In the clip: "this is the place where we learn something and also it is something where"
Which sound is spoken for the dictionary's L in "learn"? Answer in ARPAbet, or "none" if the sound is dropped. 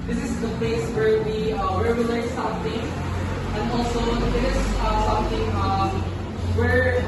W